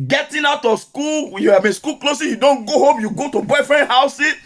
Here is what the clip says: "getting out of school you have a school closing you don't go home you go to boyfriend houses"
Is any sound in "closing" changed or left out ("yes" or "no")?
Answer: yes